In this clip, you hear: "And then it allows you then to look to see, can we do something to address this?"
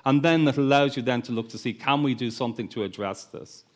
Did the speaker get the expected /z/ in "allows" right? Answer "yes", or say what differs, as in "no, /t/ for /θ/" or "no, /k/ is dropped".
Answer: yes